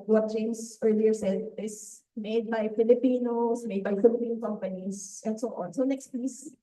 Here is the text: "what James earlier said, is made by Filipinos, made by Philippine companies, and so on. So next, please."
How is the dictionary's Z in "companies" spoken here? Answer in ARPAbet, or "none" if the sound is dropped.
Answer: S